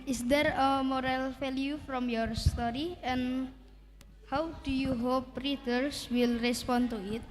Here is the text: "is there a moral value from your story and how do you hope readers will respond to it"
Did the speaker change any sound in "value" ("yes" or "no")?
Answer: yes